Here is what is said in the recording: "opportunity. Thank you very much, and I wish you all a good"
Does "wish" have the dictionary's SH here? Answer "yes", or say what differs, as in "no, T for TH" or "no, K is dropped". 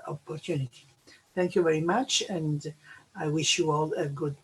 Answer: yes